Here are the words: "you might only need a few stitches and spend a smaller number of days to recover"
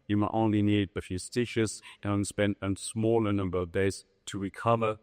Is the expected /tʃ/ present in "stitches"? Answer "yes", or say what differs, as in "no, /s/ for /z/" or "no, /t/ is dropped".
no, /ʃ/ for /tʃ/